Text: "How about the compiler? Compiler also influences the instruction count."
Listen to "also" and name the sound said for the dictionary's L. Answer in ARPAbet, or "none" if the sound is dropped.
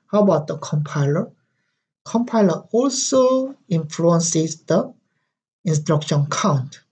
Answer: L